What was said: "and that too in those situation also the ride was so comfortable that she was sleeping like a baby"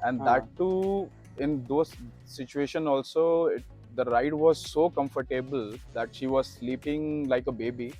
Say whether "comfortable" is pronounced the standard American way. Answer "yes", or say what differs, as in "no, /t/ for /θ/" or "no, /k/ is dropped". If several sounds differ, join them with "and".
yes